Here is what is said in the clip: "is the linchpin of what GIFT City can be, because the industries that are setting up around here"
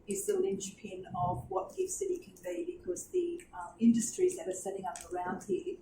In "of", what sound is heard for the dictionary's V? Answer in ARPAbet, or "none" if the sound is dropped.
V